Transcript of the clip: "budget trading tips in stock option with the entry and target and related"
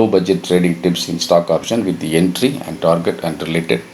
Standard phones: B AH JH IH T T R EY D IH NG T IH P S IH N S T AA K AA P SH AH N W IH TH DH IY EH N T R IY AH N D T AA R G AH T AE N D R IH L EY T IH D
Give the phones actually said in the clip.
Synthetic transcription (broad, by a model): B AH JH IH T T R EY D IH NG T IH P S IH N S T AA K AA P SH AH N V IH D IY EH N T R IY AH N D T AA R G AH T AE N D R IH L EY T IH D